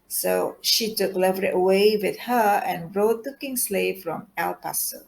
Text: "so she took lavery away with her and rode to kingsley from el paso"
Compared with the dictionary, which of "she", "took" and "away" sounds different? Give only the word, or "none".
none